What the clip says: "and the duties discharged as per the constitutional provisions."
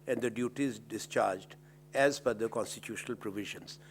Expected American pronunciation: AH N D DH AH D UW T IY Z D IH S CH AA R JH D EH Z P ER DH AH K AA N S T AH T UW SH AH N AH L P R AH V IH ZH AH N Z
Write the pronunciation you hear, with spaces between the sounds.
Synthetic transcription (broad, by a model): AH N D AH D UW T IY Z D IH S CH AA R JH D EH Z F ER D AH K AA N S T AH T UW SH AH N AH L P R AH V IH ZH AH N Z